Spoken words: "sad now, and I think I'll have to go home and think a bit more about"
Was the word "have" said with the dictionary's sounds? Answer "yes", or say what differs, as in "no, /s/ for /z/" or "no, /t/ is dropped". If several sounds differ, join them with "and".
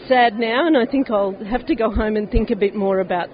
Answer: no, /f/ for /v/